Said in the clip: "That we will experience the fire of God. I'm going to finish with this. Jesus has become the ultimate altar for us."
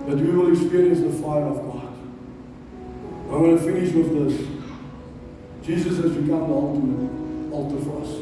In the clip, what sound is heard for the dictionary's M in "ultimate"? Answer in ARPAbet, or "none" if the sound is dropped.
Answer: none